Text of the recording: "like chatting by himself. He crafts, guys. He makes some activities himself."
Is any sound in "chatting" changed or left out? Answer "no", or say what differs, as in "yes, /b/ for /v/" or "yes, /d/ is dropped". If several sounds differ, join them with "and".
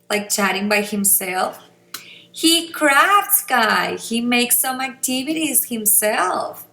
no